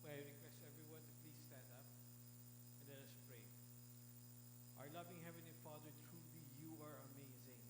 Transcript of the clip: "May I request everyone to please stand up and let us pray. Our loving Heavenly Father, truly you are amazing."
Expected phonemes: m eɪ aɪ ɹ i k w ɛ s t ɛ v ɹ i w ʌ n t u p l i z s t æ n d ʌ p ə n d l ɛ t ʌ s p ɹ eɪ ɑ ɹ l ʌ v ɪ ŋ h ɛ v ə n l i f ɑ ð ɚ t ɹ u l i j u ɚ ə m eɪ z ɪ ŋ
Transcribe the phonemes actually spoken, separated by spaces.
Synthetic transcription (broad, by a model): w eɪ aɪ ɹ i k w ɛ s t ɛ v ɹ i w ʌ n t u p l i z s t æ n d ʌ p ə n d l ɛ t ʌ s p ɹ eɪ ɑ ɹ l ʌ v ɪ ŋ h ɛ v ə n i f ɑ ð ɚ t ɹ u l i j u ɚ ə m eɪ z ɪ ŋ